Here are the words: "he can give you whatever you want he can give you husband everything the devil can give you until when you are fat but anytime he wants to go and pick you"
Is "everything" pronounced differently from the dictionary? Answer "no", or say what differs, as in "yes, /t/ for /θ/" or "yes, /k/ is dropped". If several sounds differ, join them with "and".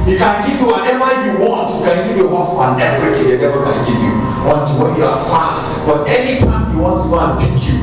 yes, /t/ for /θ/